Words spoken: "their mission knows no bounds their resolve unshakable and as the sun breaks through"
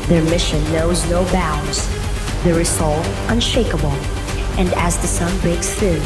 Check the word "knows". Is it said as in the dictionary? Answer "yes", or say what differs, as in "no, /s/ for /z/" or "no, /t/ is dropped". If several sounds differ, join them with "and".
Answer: yes